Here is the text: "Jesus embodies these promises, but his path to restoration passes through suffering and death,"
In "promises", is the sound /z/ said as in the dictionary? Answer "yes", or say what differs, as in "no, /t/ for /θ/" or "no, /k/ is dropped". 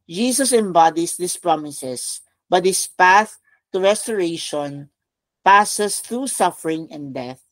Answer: no, /s/ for /z/